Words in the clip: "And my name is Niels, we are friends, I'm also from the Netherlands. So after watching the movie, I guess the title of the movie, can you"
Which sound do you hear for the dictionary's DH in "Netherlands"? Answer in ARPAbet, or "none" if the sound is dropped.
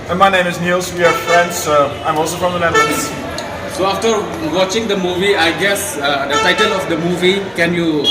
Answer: none